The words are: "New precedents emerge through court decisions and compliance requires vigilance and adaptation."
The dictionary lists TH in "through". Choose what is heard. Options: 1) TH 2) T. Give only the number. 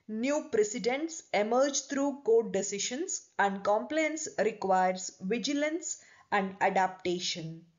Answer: 2